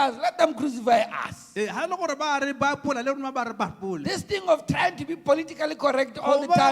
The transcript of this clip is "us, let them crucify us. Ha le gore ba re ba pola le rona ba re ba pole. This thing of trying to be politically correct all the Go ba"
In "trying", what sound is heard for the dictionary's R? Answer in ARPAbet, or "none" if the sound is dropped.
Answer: none